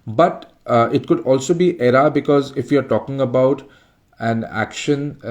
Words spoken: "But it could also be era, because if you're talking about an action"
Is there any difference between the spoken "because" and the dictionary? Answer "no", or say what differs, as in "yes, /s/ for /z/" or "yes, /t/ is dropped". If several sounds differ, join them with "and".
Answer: no